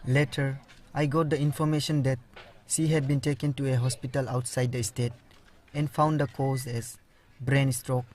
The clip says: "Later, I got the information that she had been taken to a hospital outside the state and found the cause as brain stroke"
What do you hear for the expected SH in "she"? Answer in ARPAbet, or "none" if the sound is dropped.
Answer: S